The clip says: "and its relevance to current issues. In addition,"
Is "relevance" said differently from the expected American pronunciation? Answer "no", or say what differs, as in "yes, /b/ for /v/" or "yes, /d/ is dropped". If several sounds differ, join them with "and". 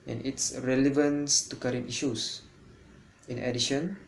no